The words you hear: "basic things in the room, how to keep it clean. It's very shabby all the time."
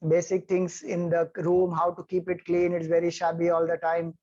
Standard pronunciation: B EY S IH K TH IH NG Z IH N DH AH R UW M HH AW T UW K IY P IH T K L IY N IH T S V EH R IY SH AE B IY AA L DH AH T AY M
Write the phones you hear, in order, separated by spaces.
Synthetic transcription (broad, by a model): B EY S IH K T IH NG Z IH N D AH R UW M HH AW T UW K IY P IH T K L IY N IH T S V EH R IY SH AE B IY AA L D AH T AY M